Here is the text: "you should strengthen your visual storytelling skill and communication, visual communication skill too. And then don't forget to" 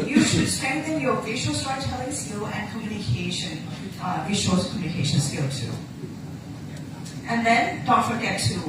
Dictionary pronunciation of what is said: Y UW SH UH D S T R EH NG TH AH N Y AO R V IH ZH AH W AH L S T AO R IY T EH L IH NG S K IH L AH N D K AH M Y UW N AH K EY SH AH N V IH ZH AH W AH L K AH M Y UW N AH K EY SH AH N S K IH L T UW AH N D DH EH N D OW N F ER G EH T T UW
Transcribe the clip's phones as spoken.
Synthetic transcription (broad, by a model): Y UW SH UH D S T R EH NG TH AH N Y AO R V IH SH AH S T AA IY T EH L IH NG S K IH L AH N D K AH M Y UW N AH K EY SH AH N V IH SH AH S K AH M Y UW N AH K EY SH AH N S K IH L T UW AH N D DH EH N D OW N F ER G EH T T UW